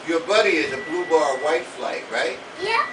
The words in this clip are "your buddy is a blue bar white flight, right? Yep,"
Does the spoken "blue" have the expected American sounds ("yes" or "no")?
yes